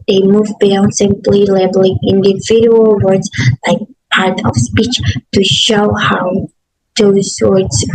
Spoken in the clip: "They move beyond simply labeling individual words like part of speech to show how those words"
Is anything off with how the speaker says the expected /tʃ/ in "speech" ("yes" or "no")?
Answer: no